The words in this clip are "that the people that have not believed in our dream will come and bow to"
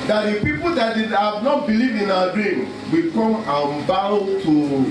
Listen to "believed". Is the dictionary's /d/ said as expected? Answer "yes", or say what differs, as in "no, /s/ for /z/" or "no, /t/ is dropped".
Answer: no, /d/ is dropped